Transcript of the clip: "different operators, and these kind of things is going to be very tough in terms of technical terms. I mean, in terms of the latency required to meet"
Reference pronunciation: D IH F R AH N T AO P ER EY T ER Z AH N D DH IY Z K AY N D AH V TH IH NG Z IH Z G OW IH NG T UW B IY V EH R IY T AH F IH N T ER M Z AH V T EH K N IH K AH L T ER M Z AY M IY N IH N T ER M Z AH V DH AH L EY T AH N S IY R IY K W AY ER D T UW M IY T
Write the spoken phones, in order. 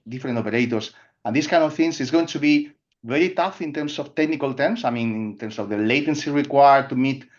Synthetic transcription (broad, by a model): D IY F R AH N T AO P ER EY T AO S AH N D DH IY S K AY N D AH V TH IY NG S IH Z G OW IH NG T UW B IY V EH R IY T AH F IH N T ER M S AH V T EH K N IH K AH L T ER M S AY M IY N IH N T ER M S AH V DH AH L EY T AH N S IY R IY K W AY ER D T UW M IY T